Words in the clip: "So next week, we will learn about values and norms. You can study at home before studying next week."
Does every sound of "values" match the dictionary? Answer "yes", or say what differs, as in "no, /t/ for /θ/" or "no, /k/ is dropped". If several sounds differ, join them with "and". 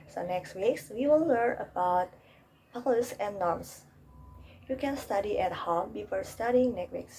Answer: no, /p/ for /v/